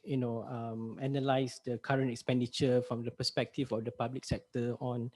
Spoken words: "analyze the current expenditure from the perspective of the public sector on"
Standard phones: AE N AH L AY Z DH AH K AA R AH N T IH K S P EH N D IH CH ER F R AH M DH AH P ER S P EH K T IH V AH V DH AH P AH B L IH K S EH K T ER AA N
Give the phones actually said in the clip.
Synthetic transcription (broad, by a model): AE N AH L AY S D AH K AA R AH N T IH K S P EH N D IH CH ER F R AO M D AH P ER S P EH K T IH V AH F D AH P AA B L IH K S EH K T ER AA N